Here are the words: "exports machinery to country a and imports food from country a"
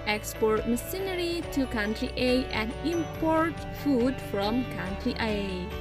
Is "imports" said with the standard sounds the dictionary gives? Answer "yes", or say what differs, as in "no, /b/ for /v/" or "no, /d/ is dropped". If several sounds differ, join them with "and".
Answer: no, /s/ is dropped